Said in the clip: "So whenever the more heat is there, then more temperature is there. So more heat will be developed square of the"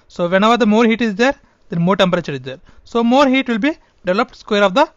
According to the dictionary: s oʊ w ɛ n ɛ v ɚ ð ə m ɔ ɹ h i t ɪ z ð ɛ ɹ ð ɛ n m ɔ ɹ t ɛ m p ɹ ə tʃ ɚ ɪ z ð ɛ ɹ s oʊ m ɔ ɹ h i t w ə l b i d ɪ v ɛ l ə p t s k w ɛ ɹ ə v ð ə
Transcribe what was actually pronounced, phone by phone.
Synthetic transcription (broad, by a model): s oʊ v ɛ n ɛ v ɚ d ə m ɔ ɹ h i t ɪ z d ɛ ɹ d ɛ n m ɔ ɹ t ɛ m p ɹ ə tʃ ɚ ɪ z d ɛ ɹ s oʊ m ɔ ɹ h i t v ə l b i d ɪ v ɛ l ə p t s k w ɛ ɹ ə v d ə